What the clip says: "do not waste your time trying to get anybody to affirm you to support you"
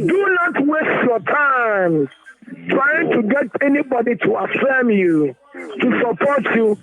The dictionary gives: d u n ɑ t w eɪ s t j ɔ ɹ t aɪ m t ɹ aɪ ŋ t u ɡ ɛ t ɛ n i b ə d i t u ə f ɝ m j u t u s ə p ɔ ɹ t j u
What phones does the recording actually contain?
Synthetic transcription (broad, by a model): d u n ɑ t w eɪ s t j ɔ t aɪ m t ɹ aɪ ŋ t u ɡ ɛ t ɛ n i b ə d i t u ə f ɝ m j u t u s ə p ɔ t j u